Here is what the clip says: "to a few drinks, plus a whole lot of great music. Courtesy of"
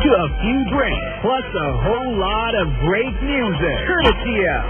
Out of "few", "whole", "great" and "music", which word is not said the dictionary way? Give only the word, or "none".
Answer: none